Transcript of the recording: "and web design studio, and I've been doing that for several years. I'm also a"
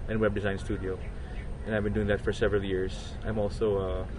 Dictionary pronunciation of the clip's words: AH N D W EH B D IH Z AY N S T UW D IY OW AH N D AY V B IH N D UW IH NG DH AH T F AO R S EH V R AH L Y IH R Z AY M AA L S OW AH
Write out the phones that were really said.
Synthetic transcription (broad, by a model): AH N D W EH B D IH Z AY N S T UW D IY OW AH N AY V B IH N D UW IH NG DH AH T F AO R S EH V R AH L Y IH R Z AY M AA L S OW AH